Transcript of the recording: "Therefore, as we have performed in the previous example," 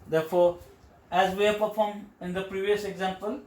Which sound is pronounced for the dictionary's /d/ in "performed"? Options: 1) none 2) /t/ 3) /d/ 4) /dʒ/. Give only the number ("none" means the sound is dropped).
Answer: 1